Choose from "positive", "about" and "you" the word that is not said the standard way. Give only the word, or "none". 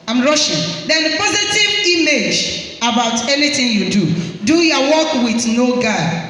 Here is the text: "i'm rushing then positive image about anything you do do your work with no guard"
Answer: none